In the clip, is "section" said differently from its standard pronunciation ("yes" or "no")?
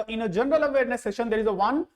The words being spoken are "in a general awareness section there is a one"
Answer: yes